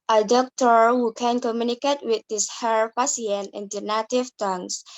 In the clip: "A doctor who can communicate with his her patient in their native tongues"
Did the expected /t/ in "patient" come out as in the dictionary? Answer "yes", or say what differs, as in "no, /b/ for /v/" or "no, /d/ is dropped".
no, /t/ is dropped